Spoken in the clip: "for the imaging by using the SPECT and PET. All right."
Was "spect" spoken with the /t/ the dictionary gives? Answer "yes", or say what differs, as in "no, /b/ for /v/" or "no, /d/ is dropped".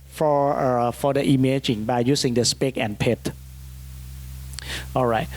no, /t/ is dropped